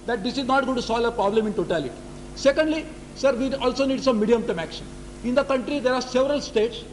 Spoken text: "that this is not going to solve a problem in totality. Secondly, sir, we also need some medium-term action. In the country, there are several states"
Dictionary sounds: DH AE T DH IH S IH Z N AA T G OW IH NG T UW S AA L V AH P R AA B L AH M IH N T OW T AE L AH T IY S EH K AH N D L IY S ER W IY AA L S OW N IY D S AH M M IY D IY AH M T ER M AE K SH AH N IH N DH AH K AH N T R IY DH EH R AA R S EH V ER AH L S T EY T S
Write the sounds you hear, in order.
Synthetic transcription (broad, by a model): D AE T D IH S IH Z N AA T G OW T UW S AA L AH P R AA B L AH M IH N T OW T AE L AH T IY S EH K AH N D L IY S ER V IY AA L S OW N IY D S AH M M IY D IY AH M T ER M AE K SH AH N IH N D AH K AH N T R IY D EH R AA R S EH V ER AH L S T EY T S